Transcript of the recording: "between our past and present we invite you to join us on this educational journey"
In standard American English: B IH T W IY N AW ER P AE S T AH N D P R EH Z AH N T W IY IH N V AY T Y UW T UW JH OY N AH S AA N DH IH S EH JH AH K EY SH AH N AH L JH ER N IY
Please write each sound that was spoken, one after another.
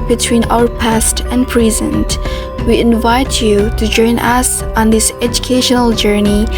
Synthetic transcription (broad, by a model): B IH T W IY N AW ER P AE S T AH N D P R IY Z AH N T W IY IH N V AY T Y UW T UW JH OY N AH S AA N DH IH S EH JH AH K EY SH AH N AH L JH ER N IY